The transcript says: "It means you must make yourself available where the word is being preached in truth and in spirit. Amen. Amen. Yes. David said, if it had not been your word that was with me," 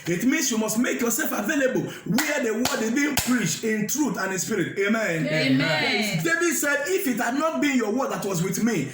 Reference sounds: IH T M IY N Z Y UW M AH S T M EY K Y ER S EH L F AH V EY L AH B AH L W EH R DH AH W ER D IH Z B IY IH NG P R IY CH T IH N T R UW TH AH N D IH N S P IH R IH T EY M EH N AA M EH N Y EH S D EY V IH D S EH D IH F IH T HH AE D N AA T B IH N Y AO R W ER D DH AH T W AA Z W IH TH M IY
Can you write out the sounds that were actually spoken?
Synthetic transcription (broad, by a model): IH T M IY N S Y UW M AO S T M EY K Y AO S EH L F AH V EY L AH B AH L W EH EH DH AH W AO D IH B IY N P R IY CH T IH N T R UW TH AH N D IH N S P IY R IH T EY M M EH N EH D EY V IH D S EH D IH F IH T HH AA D N AA T B IH N Y AO W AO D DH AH T W AA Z W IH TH M IY